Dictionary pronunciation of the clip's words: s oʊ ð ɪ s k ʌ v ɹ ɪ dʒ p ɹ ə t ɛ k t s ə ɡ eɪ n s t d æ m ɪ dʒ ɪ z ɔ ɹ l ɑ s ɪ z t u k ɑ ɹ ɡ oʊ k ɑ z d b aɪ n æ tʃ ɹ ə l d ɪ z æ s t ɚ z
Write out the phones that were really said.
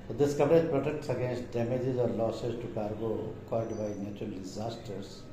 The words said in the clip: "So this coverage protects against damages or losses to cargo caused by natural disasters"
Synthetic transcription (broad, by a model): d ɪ s k ʌ v ɹ ɪ dʒ p ɹ ə t ɛ k t s ə ɡ eɪ n s t d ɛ m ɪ dʒ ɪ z ɔ ɹ l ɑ s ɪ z t u k ɑ ɹ ɡ oʊ k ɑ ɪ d b aɪ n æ tʃ ɹ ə l d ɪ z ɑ s t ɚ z